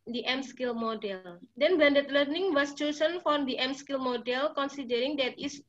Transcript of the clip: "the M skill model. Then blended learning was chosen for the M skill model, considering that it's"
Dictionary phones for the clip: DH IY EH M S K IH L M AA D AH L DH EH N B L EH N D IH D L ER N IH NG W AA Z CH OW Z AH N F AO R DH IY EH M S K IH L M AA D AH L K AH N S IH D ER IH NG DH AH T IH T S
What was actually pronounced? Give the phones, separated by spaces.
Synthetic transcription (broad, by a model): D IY EH M S K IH L M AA D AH L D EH N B EH N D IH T L ER N IH NG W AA S CH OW S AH N F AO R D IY EH M S K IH L M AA D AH L K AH N S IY D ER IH NG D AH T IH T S